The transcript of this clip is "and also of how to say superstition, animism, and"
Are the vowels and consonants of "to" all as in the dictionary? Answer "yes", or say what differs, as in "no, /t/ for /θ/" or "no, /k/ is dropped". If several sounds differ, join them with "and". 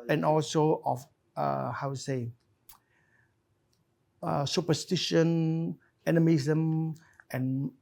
no, /s/ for /t/